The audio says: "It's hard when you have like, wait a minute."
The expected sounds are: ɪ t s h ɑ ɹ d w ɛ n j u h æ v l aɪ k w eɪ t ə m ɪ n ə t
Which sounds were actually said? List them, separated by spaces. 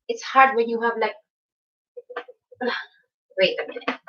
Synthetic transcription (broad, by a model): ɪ t s h ɑ ɹ d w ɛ n j u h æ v l aɪ k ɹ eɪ ə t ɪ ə